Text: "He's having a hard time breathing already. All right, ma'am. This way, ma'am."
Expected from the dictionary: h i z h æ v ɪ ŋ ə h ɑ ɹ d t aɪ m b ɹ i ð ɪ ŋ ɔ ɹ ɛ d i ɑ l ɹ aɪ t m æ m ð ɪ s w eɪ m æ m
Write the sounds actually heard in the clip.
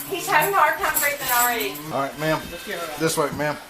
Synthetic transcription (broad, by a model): h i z h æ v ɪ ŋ h ɑ ɹ d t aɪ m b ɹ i ɪ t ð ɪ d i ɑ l ɹ aɪ t m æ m ð ɪ s w eɪ m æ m